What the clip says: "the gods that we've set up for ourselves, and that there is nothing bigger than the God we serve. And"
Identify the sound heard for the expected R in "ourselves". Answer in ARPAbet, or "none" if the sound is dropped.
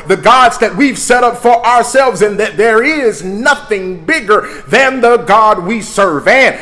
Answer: R